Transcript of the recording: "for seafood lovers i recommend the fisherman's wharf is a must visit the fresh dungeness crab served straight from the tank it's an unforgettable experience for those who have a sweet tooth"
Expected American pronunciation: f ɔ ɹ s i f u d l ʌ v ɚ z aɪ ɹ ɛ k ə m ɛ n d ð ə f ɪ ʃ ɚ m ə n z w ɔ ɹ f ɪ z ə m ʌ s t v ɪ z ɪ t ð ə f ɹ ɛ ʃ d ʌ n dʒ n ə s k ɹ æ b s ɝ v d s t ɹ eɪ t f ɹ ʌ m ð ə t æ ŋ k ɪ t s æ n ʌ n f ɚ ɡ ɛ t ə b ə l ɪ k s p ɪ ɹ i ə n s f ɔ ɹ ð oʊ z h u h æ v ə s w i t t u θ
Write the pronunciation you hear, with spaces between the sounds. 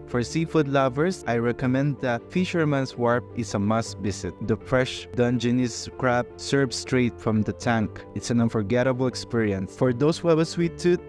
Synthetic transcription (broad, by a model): f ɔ ɹ s i f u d l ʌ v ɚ s aɪ ɹ ɛ k ə m ɛ n d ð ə f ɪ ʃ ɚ m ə n s w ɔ ɹ p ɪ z ə m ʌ s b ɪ s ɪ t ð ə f ɹ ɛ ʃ d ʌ n dʒ n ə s k ɹ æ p s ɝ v s t ɹ eɪ t f ɹ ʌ m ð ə t æ ŋ k ɪ t s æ n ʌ n f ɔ ɡ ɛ t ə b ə l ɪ k s p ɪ ɹ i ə n s f ɔ ɹ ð oʊ s h u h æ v ə s w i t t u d